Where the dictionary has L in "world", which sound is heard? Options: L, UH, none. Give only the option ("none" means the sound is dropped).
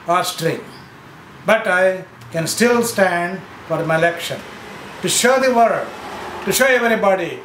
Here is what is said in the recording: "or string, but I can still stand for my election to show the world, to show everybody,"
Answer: none